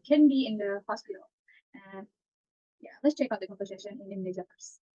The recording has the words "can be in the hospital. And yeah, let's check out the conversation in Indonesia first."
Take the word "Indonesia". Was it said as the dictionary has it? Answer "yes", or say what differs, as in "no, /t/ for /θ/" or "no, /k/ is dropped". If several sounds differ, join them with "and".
no, /z/ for /ʒ/